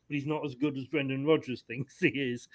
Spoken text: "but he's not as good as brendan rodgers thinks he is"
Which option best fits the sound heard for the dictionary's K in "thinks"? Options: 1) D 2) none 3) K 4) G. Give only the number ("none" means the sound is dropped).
2